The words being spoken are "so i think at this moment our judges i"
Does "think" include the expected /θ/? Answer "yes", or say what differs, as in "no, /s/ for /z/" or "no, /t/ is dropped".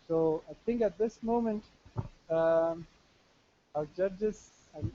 no, /t/ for /θ/